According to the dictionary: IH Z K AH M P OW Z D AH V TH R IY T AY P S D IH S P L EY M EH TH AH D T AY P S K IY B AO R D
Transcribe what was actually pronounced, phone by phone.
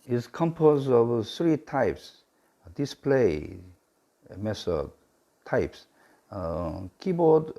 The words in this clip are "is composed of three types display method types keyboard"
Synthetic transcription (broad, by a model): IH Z K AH M P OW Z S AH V S R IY T AY P S D IH S P L EY M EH S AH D T AY P S K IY B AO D